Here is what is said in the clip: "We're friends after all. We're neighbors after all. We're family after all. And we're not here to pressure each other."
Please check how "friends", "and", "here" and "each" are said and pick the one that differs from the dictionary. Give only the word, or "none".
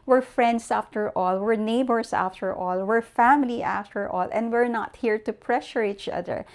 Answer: friends